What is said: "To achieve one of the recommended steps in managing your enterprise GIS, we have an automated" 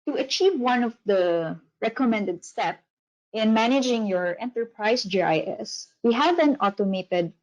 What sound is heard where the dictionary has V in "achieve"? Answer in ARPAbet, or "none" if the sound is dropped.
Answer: V